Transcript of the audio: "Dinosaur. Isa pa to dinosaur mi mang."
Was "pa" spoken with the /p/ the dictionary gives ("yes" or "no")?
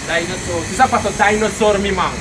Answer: no